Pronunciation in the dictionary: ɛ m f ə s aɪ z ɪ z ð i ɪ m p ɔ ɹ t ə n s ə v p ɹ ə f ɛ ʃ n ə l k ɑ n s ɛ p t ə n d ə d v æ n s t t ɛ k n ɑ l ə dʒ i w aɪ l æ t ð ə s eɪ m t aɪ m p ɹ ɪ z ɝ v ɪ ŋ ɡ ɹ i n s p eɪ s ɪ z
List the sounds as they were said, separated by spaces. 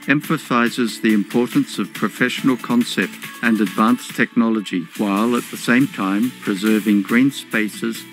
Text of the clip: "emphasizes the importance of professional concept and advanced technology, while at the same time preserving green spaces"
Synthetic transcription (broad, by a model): ɛ m f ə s aɪ z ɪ z ð i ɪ m p ɔ ɹ t n s ə v p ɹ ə f ɛ ʃ n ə l k ɑ n s ɛ p t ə n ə d v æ n s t t ɛ k n ɑ l ə dʒ i w aɪ l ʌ t ð ə s eɪ m t aɪ m p ɹ ɪ z ɝ v ɪ ŋ ɡ ɹ i n s p eɪ s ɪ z